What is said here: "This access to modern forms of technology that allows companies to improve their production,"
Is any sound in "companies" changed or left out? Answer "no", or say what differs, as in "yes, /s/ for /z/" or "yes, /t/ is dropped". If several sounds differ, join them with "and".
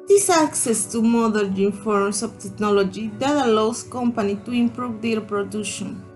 yes, /z/ is dropped